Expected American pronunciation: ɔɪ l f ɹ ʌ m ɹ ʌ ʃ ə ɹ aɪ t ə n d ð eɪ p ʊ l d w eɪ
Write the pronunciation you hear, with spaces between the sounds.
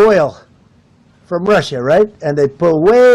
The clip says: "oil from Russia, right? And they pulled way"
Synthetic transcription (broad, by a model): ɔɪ l f ɹ ʌ m ɹ ʌ ʃ ə ɹ aɪ t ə n ð eɪ p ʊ d w eɪ